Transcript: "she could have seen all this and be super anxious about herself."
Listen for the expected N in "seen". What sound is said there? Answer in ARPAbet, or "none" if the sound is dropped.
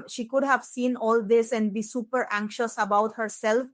N